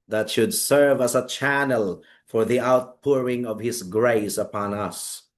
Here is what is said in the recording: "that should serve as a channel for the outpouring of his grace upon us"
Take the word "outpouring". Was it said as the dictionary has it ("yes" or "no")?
yes